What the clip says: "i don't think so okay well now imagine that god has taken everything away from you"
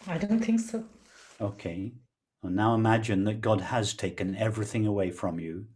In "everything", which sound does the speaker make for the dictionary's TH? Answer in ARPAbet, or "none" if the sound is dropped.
TH